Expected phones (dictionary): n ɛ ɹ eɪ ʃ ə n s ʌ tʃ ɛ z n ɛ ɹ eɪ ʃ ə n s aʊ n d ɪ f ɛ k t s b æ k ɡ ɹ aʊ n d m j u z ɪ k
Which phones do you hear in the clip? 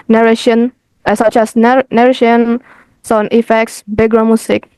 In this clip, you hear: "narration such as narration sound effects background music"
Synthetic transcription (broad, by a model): n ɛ ɹ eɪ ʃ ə n s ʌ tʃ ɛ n n ɛ ɹ eɪ ʃ ə n s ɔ n ɪ f ɛ k t s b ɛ ɡ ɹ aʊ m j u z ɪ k